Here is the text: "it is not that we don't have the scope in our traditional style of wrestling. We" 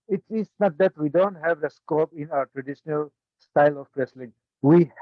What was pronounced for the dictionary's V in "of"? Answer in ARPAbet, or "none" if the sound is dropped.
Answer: P